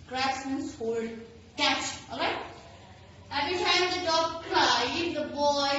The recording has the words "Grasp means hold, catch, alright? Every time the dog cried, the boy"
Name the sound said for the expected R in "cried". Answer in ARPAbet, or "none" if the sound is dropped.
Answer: L